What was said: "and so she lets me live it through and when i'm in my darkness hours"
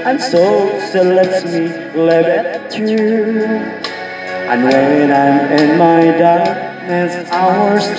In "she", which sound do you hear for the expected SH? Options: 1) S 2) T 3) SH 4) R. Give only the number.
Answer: 1